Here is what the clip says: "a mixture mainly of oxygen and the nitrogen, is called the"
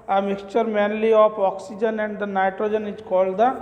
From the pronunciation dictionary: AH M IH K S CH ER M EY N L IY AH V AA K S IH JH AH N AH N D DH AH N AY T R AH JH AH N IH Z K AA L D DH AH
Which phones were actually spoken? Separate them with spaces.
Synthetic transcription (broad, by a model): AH M IH K S CH ER M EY N L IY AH P AA K S IH JH AH N AH N D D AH N AY T R AH JH AH N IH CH K AA L D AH